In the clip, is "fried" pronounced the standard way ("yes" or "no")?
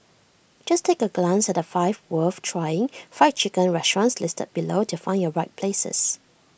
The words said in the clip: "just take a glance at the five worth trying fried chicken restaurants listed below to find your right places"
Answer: no